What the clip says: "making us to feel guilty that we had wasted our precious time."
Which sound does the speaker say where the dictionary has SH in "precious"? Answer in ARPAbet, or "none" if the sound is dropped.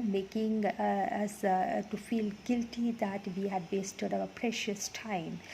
SH